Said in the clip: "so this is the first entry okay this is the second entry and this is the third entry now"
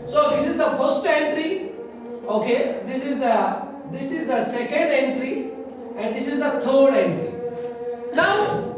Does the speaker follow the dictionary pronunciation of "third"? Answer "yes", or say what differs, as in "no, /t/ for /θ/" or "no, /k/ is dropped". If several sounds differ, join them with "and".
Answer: no, /t/ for /θ/